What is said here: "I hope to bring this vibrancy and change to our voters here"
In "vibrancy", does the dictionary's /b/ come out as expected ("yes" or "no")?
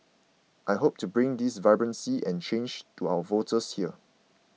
yes